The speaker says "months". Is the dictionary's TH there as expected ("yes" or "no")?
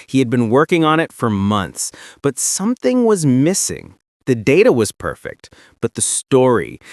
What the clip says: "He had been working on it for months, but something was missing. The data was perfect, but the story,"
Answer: yes